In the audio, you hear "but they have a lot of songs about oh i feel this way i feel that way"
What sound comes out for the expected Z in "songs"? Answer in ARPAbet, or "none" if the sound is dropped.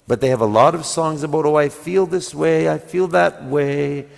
Z